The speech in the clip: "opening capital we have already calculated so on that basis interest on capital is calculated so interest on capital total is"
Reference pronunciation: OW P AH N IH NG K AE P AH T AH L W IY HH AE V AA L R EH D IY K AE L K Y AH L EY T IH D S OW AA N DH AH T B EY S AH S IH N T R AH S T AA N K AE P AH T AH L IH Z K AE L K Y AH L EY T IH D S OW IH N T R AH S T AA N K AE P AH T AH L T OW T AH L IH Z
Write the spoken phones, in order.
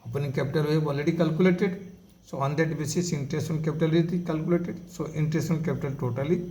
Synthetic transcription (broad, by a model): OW P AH N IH K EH P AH T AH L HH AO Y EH B AA L R EH D IY K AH L K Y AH L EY T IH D S OW AA N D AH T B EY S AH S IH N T R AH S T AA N K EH P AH T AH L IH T K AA L K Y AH L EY T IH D S OW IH N T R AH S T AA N K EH P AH T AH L T OW T AH L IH